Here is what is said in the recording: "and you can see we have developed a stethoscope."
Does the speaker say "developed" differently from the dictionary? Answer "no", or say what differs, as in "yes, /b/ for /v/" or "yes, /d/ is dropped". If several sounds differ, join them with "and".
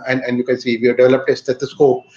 no